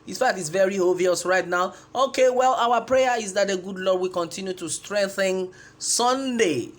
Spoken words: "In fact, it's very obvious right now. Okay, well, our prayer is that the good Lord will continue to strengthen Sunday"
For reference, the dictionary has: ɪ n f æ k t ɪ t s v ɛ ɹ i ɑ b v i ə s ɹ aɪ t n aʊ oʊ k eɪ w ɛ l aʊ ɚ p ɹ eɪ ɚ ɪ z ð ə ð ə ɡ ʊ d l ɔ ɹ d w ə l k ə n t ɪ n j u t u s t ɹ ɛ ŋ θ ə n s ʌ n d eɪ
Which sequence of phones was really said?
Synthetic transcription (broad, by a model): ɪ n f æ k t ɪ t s v ɛ ɹ i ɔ v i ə s ɹ aɪ t n aʊ oʊ k eɪ w ɛ l aʊ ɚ p ɹ eɪ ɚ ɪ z ð ə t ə ɡ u d l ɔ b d w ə k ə n t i n j u t u s t ɹ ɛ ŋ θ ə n s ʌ n d eɪ